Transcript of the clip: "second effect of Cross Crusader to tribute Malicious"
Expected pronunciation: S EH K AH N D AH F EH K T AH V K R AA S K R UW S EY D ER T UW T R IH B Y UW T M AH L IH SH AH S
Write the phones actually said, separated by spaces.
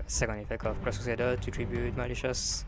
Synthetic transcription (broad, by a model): S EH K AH N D AH F EH K T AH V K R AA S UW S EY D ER T UW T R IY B Y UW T M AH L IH SH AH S